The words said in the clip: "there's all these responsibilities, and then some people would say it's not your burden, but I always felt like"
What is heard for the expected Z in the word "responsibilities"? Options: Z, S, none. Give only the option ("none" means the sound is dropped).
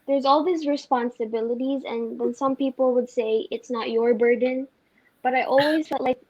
Z